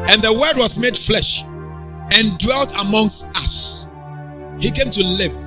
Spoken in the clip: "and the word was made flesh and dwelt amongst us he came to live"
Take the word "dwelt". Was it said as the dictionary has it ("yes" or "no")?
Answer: yes